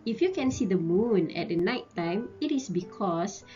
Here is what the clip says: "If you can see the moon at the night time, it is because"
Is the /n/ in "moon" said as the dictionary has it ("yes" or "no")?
yes